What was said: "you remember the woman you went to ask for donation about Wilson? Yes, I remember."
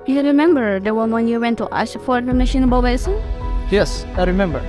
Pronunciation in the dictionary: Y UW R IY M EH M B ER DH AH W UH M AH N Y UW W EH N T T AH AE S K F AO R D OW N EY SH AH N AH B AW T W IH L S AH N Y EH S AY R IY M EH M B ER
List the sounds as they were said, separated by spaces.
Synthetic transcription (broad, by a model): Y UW R IY M EH M B ER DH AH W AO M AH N Y UW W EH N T T AH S F AO R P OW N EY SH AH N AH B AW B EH S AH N Y EH S AY R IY M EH M B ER